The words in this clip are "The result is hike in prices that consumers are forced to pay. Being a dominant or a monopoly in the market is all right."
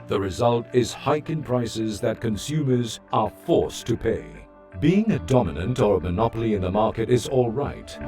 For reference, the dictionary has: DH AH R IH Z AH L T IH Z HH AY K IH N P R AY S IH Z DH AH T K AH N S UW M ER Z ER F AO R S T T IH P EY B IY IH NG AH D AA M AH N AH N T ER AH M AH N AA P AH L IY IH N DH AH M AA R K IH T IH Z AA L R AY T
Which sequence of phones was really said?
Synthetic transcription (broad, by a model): DH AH R IH Z AH L T IH Z HH AY K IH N P R AY S IH Z DH AH T K AH N S UW M ER Z ER F AO R S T T IH P EY B IY IH NG AH D AA M AH N AH N T ER AH M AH N AA P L IY IH N DH AH M AA R K IH T IH Z AA L R AY T